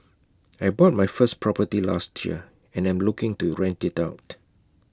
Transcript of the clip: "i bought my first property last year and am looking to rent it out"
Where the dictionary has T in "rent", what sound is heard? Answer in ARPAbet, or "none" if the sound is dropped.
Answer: T